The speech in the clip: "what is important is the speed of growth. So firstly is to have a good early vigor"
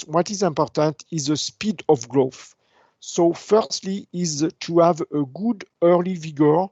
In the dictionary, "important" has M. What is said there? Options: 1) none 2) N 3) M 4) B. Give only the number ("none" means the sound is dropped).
3